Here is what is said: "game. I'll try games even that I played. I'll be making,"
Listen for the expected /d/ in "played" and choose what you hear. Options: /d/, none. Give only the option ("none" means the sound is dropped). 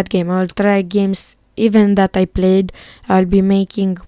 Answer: /d/